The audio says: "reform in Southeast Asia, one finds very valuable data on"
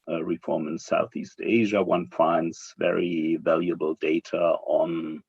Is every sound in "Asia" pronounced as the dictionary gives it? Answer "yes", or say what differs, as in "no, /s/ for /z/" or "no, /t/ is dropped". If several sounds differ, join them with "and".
yes